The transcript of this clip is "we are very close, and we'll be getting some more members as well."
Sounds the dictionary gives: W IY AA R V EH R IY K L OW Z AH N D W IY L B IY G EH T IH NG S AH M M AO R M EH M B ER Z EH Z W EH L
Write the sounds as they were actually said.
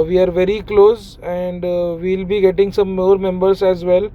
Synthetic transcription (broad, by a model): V IY AA R V EH R IY K L OW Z AH N D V IY L B IY G EH T IH NG S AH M M AO R M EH M B ER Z EH Z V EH L